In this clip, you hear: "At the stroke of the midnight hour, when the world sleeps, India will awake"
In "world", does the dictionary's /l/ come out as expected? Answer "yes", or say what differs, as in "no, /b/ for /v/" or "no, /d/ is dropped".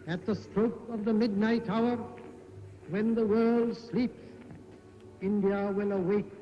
yes